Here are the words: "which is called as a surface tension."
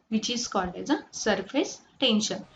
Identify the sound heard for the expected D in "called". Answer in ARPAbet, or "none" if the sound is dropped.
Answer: none